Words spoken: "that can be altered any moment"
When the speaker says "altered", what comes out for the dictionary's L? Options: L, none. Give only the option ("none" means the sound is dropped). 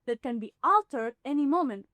L